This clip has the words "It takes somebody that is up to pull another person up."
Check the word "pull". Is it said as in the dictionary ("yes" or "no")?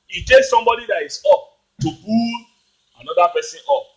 no